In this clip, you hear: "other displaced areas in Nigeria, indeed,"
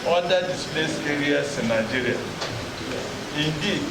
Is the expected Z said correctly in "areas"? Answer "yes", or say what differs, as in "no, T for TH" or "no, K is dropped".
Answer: no, S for Z